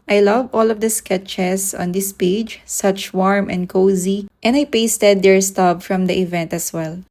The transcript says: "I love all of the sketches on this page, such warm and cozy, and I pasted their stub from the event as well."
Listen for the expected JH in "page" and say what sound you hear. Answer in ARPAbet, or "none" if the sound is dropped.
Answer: JH